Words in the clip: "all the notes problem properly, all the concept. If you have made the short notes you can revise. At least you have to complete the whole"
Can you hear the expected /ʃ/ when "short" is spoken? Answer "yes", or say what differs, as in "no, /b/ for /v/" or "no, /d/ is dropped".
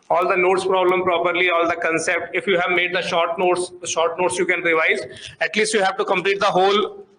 yes